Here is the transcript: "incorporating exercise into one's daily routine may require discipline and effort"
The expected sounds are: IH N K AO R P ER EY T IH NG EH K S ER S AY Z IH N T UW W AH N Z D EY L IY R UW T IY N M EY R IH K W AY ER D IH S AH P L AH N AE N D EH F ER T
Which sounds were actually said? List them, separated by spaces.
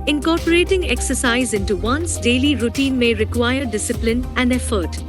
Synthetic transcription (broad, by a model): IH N K AO R P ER EY T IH NG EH K S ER S AY Z IH N T UW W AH N S D EY L IY R UW T IY N M EY R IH K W AY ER D IH S AH P L AH N AE N D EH F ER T